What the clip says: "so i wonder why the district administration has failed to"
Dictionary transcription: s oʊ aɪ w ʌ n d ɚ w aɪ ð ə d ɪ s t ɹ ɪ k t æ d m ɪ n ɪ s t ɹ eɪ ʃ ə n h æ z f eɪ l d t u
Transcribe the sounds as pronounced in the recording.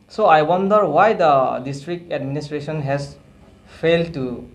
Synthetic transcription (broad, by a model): s oʊ aɪ w ʌ n d ɚ w aɪ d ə d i s t ɹ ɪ k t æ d m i n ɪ s t ɹ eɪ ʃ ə n h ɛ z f eɪ l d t u